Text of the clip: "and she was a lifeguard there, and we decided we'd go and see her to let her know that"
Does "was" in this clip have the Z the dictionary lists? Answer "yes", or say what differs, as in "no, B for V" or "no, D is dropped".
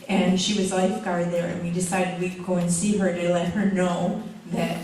yes